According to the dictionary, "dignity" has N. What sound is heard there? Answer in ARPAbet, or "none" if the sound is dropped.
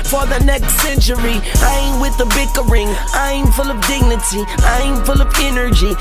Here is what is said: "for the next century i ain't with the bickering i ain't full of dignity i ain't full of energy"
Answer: N